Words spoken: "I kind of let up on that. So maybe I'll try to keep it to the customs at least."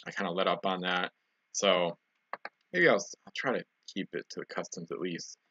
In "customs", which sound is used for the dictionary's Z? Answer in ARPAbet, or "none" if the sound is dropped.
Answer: Z